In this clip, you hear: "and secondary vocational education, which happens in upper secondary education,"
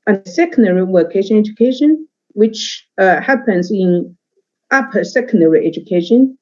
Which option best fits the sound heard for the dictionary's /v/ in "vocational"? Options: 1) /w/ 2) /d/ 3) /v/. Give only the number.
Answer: 1